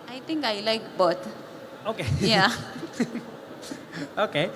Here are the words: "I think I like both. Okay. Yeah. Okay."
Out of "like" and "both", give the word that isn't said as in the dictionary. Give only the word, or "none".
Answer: both